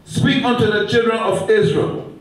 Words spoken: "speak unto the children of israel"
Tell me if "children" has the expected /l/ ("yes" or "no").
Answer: yes